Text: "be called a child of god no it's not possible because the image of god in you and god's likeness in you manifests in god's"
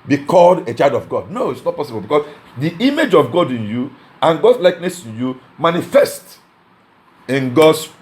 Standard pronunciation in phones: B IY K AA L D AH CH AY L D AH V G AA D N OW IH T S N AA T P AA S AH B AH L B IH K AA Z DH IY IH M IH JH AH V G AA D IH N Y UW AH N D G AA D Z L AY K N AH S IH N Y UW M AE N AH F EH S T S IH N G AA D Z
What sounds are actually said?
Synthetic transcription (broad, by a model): B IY K AA L D AH CH AY L D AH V G AA D N OW IH T S N AA T P AA S AH B AH L B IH K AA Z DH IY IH M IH JH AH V G AA D IH N Y UW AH N G AA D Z L AY K N AH S IH N Y UW M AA N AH F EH S T IH N G AA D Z